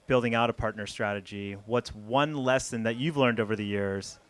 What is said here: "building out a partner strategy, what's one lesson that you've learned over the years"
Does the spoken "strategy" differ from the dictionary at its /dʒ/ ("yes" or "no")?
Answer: no